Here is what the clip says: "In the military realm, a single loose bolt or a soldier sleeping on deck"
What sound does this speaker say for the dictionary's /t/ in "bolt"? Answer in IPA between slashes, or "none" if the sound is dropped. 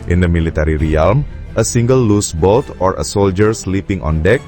/t/